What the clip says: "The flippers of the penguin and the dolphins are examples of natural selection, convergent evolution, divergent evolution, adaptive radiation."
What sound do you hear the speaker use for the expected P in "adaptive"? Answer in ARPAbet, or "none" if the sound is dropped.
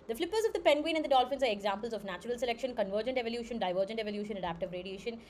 P